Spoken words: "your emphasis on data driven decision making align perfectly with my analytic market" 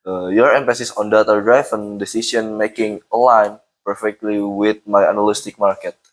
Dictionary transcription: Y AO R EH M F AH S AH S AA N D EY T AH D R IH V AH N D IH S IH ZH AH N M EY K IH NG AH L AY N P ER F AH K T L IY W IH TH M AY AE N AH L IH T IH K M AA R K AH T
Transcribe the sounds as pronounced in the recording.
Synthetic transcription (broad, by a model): Y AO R EH M F AH S AH S AA N D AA T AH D R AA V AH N D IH S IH S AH N M EY K IH NG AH L AY N P ER F AH K T L IY W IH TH M AY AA N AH L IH T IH K M AA R K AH T